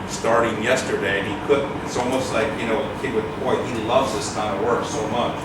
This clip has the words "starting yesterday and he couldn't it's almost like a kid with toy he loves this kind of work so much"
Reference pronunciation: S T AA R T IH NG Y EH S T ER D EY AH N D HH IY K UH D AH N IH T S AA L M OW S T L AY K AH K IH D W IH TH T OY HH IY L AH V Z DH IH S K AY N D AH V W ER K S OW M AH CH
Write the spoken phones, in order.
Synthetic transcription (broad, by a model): S T AA R T IH NG Y EH S T ER D EY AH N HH IY K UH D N IH T S AA L M OW S T L AY K AH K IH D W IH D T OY HH IY L AH V Z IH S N AH W ER K S OW M AH CH